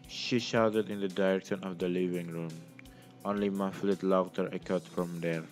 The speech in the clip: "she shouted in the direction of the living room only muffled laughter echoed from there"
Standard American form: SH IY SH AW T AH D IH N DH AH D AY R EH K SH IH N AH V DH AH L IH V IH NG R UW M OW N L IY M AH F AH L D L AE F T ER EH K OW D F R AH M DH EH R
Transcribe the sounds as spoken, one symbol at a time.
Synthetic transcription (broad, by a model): SH IY SH AW T AH D IH N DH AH D AY R EH K SH IH N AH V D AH L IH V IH NG R UW M OW N L IY M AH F L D L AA T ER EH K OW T F R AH M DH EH R